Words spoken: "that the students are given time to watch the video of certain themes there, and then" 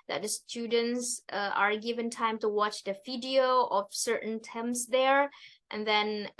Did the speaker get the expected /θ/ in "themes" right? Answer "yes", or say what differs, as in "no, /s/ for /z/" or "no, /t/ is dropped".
no, /t/ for /θ/